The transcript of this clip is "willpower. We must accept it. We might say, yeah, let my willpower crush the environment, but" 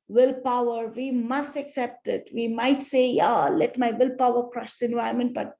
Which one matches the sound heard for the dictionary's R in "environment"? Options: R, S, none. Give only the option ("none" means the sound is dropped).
none